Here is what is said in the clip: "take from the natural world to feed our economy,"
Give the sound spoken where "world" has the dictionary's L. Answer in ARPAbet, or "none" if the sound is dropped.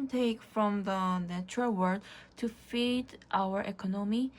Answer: none